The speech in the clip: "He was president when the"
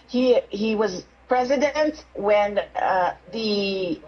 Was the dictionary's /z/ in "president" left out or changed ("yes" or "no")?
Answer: no